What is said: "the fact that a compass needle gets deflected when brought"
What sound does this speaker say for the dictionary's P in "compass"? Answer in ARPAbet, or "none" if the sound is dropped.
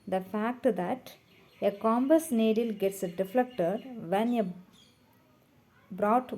B